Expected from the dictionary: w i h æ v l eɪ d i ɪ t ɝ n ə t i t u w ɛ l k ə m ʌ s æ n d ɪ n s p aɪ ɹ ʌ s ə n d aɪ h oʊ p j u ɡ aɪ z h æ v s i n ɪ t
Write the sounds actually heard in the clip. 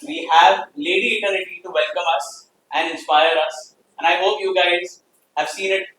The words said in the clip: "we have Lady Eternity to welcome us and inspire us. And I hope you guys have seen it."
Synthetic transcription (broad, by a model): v i h æ v l eɪ d i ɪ t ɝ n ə t i t u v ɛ l k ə m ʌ s æ n d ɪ n s p aɪ ɹ ʌ s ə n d aɪ h oʊ p j u ɡ aɪ z h æ v s i n ɪ t